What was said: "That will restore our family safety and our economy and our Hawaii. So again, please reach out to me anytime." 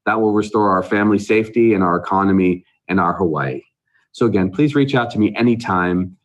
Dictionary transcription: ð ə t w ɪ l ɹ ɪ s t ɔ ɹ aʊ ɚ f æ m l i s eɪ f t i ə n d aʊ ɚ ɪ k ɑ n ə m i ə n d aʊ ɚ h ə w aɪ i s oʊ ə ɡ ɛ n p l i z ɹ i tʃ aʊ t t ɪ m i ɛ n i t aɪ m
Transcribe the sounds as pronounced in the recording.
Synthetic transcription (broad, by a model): ð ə t w ɪ l ɹ ɪ s t ɔ ɹ aʊ ɚ f æ m l i s eɪ f t i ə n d aʊ ɚ ɪ k ɑ n ə m i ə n aʊ ɚ h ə w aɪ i s oʊ ə ɡ ɛ n p l i z ɹ i tʃ aʊ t t ɪ m i ɛ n i t aɪ m